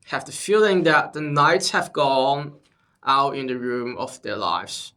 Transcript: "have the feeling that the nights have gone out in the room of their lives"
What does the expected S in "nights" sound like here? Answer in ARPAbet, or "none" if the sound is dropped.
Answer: S